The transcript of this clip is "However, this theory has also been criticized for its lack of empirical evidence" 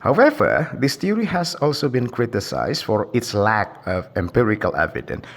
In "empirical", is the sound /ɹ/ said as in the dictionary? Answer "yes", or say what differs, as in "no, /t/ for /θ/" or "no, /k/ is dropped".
yes